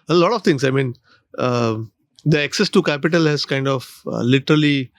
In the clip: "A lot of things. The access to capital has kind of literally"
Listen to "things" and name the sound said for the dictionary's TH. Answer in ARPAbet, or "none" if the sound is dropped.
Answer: T